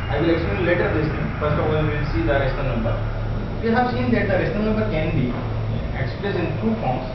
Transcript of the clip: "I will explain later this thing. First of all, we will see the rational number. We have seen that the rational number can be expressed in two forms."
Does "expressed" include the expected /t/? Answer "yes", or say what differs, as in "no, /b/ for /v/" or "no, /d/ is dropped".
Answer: no, /t/ is dropped